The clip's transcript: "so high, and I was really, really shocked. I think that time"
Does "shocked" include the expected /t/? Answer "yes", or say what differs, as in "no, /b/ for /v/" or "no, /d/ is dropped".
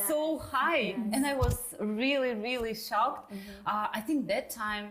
yes